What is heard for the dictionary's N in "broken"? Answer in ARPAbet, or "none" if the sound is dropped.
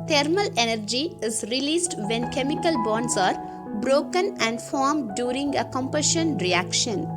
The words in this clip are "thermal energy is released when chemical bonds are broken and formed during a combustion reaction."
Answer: N